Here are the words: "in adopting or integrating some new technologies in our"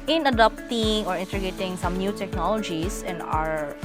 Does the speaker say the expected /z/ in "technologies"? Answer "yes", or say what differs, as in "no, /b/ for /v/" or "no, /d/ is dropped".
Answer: no, /s/ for /z/